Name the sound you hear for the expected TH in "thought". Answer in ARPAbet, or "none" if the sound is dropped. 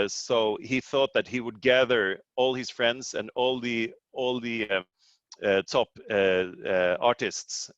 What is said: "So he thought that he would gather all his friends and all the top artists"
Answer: TH